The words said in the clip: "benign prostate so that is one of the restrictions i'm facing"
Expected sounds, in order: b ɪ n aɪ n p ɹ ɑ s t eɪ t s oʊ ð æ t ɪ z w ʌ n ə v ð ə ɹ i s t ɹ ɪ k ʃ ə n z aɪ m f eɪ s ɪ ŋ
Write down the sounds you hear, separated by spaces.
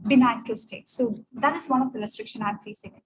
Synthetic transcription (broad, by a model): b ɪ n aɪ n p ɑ s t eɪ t s oʊ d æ t ɪ z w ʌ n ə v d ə ɹ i s t ɹ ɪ k ʃ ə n aɪ m f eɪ s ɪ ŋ